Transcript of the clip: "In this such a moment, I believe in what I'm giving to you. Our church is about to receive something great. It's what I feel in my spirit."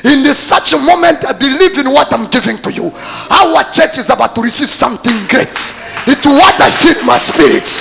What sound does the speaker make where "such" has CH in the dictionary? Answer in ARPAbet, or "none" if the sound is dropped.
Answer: CH